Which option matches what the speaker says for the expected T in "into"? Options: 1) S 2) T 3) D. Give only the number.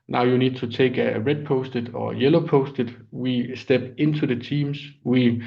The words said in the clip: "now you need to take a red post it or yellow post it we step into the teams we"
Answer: 1